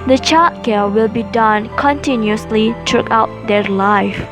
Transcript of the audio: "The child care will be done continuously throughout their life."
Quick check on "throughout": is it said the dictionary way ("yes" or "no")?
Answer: no